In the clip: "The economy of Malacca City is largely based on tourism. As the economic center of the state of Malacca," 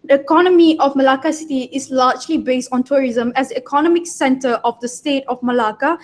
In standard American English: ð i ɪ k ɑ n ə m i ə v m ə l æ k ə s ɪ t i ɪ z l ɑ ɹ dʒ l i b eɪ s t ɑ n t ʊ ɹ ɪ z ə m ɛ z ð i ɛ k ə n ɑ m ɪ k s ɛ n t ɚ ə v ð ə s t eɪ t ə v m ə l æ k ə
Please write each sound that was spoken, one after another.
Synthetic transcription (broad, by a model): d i ɪ k ɑ n ə m i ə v m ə l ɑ k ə s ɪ t i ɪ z l ɑ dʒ l i b eɪ s t ɑ n t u ɹ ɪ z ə m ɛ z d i ɛ k ə n ɑ m ɪ k s ɛ n t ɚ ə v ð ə s t eɪ t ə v m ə l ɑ k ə